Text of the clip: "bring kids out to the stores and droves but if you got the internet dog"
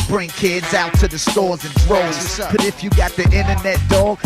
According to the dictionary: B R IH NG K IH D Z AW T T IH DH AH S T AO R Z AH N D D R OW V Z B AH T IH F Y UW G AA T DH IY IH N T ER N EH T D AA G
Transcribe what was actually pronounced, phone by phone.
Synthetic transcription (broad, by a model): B R IH NG K IH D Z AW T T IH DH AH S T AO R Z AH N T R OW Z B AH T IH F Y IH G AA T DH IY IH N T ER N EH T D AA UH